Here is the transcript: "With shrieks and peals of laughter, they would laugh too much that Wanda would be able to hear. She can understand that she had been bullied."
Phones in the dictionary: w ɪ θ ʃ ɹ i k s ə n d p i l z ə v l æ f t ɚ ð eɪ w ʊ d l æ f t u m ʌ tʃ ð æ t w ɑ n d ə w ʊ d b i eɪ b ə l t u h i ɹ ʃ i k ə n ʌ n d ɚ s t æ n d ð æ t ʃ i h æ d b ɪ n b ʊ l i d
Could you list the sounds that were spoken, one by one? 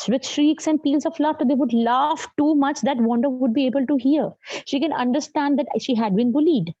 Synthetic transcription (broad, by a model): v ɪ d ʃ ɹ i k s ə n d p i l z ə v l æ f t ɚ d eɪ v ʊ d l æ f t u m ʌ tʃ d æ t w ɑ n d ə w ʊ d b i eɪ b ə l t u h i ɹ ʃ i k ə n ʌ n d ɚ s t æ n d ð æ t ʃ i h æ d b ɪ n b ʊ l i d